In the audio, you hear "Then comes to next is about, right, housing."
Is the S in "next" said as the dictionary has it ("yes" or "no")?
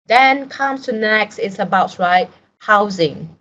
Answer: yes